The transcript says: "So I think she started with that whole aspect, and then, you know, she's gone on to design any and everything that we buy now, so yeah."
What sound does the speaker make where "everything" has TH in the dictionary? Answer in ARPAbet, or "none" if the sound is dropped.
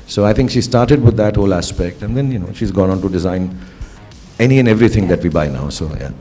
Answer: T